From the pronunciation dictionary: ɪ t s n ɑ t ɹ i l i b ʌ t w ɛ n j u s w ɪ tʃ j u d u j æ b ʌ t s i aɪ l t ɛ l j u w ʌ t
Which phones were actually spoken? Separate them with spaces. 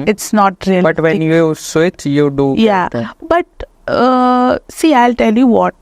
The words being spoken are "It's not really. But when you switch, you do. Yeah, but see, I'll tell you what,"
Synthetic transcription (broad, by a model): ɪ t s n ɑ t ɹ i i b ʌ t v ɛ n j u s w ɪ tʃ j u d u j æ b ʌ t s i aɪ l t ɛ l j u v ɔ t